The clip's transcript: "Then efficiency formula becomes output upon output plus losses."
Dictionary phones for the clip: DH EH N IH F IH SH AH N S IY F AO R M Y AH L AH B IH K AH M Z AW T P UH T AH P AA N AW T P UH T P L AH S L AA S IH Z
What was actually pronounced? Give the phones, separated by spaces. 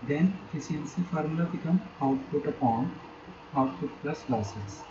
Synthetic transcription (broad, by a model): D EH N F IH S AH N S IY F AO R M L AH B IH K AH M AW T P UH T AH P AA N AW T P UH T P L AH S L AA S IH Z